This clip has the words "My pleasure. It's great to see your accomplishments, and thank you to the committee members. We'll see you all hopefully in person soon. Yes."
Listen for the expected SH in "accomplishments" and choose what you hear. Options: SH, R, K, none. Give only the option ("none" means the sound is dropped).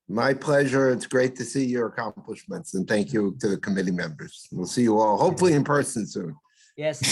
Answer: SH